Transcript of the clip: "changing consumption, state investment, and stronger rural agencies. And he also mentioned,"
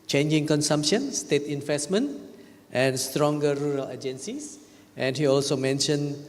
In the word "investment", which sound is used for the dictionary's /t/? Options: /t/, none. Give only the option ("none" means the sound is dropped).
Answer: /t/